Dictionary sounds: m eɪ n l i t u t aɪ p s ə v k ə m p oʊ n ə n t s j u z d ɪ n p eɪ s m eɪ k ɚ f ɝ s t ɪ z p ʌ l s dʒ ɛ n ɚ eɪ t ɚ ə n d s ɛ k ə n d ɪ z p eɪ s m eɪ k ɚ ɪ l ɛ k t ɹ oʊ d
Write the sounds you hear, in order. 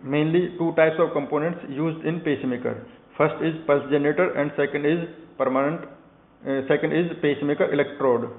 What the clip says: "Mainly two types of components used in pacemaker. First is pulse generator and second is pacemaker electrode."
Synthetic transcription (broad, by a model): m eɪ n l i t u t aɪ p s ə v k ə m p oʊ n ə n t s j u z d ɪ n p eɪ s m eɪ k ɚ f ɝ s t ɪ z p ʌ l s dʒ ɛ n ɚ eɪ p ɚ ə n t s ɛ k ə n d ɪ z p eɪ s m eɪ k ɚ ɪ l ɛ k t ɹ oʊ d